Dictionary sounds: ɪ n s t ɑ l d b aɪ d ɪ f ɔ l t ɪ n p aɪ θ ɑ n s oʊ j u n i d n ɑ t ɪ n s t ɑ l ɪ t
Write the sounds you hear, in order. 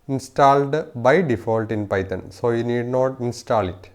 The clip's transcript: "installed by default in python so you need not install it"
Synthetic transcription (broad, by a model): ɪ n s t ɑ l d b aɪ d ɪ f ɔ l t ɪ n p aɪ t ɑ n s oʊ j u n i d n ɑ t ɪ n s t ɑ l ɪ t